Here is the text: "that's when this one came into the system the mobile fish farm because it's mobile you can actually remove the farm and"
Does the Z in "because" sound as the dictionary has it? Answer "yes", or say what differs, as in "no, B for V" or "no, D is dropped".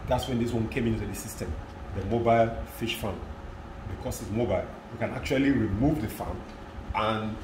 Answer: no, S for Z